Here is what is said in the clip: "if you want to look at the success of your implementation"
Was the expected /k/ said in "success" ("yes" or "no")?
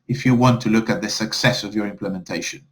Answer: yes